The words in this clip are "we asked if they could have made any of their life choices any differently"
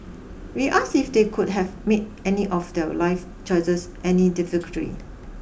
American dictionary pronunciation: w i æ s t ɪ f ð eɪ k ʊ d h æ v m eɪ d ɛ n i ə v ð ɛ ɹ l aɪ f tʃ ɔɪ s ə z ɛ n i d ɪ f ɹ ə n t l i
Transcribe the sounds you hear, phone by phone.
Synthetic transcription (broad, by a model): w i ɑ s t ɪ f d eɪ k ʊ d h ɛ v m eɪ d ɛ n i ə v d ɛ l aɪ f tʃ ɔɪ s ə s ɛ n i d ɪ f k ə t i